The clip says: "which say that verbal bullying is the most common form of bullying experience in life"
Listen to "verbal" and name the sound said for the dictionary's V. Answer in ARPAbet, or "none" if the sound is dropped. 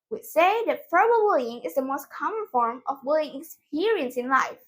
F